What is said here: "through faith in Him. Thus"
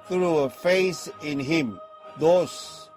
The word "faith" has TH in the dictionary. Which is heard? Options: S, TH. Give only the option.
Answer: S